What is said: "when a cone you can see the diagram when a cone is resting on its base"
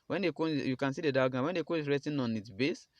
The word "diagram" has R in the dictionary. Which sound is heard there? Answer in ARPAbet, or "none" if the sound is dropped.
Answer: none